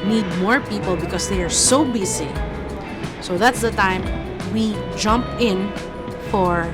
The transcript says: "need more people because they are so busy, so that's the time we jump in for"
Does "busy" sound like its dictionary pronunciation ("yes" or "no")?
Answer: no